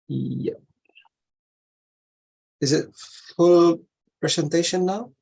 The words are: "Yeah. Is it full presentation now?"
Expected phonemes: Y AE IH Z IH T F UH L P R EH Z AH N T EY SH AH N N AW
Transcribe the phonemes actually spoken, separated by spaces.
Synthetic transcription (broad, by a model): Y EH IH Z IH T F UH L P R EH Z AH N T EY SH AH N N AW